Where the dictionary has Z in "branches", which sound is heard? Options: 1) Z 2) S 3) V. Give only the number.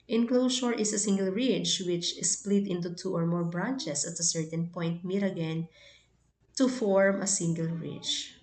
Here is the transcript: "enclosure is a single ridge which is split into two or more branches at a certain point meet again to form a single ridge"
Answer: 2